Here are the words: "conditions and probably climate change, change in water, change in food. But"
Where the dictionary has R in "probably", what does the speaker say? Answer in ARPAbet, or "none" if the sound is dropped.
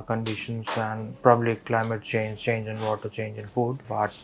none